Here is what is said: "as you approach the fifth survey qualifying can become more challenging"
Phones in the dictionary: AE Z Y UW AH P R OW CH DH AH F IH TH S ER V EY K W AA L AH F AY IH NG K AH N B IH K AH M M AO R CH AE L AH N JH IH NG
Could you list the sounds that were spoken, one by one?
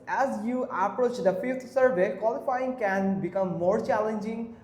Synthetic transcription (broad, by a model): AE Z Y UW AH P R OW CH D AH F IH T S ER V EY K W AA L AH F AY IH NG K AH N B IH K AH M M AO R CH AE L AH N JH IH NG